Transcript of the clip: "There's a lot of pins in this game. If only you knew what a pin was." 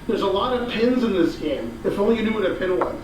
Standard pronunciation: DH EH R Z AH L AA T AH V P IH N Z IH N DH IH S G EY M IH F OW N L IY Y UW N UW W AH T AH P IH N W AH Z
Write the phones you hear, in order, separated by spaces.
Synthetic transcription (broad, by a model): DH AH R Z AH L AA T AH V P IH N Z IH N DH IH S G EY M IH F OW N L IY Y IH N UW W AH T AH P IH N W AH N